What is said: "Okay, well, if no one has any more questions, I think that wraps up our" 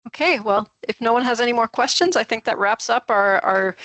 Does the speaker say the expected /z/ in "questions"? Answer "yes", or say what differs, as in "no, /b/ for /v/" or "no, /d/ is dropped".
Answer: yes